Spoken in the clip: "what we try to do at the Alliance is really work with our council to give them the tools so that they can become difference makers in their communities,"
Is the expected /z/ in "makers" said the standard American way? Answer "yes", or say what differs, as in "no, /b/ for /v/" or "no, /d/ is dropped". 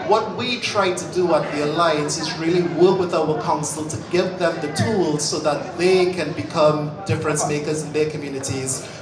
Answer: yes